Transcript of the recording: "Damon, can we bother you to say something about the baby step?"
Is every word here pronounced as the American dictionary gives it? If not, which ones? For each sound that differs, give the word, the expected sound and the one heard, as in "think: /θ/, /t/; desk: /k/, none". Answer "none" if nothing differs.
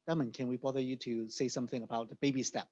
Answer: none